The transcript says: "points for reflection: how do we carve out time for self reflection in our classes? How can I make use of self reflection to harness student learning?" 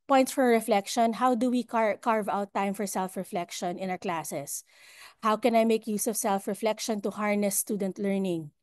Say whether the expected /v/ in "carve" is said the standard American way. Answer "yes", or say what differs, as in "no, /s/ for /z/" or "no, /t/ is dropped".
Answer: yes